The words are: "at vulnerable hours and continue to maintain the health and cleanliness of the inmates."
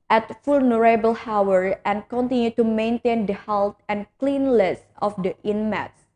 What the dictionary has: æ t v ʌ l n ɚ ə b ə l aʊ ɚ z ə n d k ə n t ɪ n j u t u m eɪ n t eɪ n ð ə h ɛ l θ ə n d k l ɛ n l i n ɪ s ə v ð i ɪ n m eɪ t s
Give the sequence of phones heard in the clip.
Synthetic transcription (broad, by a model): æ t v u l n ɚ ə b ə l aʊ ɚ ə n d k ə n t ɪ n j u t u m eɪ n t eɪ n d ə h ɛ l t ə n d k l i n l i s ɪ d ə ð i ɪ n m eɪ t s